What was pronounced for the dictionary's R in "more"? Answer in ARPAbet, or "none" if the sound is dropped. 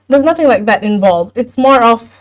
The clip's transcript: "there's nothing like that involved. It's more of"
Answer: R